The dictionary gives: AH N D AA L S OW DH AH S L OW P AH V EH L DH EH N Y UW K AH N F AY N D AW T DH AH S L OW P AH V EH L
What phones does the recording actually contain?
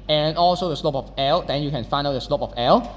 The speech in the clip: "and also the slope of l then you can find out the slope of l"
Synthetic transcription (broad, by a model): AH N AA L S OW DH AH S L OW P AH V EH L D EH N Y UW K AH N F AY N AW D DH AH S L OW P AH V EH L